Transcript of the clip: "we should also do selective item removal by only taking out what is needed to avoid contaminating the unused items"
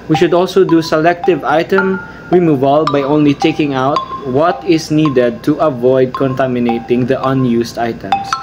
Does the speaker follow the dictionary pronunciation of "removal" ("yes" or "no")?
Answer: yes